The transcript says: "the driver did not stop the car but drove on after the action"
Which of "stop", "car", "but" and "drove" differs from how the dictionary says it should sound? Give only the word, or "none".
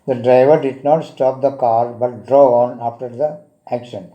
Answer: drove